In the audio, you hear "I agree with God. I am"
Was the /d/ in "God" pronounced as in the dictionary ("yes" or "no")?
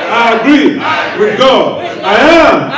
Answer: no